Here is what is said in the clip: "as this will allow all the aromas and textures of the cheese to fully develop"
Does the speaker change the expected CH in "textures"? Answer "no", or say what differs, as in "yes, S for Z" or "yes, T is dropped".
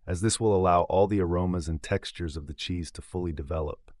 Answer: no